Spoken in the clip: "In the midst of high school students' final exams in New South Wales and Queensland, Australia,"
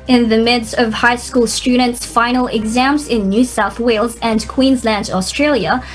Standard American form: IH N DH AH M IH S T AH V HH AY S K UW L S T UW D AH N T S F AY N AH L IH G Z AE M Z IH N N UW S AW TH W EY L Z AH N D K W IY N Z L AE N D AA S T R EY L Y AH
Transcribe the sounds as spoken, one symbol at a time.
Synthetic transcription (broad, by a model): IH N DH AH M IH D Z AH V HH AY S K UW L S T UW D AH N T S F AY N L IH G Z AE M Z IH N N UW S AW TH W EY L Z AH N K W IY N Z L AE N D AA S T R EY L Y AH